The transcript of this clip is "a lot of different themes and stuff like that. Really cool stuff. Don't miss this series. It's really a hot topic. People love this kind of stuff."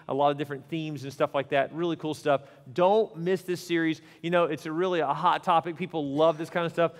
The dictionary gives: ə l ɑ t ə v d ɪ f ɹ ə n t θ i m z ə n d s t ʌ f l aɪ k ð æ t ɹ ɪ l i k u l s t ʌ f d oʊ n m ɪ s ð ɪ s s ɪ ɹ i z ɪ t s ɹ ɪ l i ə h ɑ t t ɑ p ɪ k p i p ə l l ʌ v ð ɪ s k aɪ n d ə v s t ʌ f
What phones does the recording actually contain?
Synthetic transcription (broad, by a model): ə l ɑ t ə v d ɪ f ɹ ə n θ i m z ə n s t ʌ f l aɪ k ð æ t ɹ ɪ l i k u l s t ʌ f d oʊ n m ɪ s ð ɪ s s ɪ ɹ i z ɪ t s ɹ ɪ l i ə h ɑ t t ɑ p ɪ k p i p l l ʌ v ð ɪ s k aɪ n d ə s t ʌ f